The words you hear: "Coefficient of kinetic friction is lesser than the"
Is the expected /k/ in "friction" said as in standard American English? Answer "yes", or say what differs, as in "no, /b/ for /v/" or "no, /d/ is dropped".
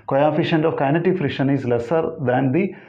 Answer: no, /k/ is dropped